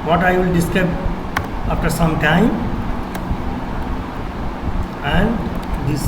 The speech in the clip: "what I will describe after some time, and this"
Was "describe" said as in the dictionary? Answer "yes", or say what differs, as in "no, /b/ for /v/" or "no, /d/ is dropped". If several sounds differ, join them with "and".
no, /ɹ/ is dropped and /b/ is dropped